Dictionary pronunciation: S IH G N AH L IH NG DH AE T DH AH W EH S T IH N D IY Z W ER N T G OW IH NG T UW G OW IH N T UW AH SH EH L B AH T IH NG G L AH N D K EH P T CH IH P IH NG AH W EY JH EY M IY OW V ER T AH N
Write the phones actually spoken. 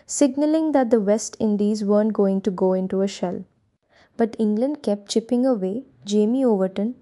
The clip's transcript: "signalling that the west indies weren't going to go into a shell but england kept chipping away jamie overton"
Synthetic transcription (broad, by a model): S IH G N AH L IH NG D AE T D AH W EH S T IH N D IY Z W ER N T G OW IH NG T UW G OW IH N T UW AH SH EH L B AH T IH NG G L AH N D K EH P T CH IH P IH NG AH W EY JH EY M IY OW V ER T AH N